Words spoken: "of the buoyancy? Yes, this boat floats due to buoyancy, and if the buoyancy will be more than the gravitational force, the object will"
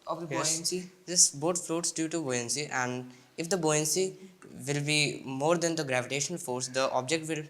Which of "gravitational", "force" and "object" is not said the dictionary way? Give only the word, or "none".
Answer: gravitational